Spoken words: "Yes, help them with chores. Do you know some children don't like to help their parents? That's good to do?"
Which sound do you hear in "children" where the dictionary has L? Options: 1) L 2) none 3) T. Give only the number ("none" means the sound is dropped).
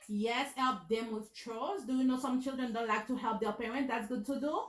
1